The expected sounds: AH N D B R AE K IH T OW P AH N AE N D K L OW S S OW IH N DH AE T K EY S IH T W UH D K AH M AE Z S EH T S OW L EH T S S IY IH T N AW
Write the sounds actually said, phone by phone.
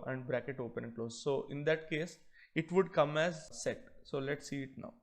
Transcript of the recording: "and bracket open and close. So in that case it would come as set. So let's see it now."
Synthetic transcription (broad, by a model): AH N D B R AE K IH T OW P AH N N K L OW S S OW IH N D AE T K EY S IH T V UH D K AH M AE Z S EH T S OW L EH T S S IY IH T N AW